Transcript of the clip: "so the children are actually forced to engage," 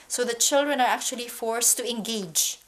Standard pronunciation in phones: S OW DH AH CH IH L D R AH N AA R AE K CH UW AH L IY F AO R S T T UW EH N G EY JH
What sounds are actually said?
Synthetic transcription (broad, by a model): S OW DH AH CH IH L D R AH N AA R AE K CH UW AH L IY F AO R S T T UW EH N G EY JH